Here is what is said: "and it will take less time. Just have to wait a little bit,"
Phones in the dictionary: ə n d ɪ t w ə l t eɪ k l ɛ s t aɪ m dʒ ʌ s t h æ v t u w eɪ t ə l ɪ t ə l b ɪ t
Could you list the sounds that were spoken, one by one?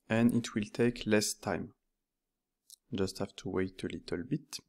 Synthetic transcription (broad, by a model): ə n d ɪ t w ə l t eɪ k l ɛ s t aɪ m dʒ ʌ s t h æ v t u w eɪ t ə l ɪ t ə l b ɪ t